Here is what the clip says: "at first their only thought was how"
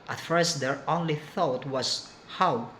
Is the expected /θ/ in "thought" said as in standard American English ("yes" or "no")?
yes